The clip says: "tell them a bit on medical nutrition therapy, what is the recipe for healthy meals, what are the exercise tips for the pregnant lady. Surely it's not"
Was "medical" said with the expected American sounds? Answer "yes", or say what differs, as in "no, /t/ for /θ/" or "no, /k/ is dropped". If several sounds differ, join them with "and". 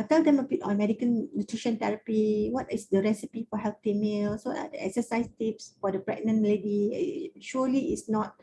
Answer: no, /n/ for /l/